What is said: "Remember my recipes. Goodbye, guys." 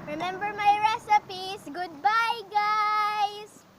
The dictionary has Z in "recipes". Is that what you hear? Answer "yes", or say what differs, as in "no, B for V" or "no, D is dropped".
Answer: no, S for Z